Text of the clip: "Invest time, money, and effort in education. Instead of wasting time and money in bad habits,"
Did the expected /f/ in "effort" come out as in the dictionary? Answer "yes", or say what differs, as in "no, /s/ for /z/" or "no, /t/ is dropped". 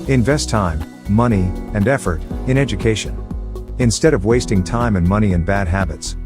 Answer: yes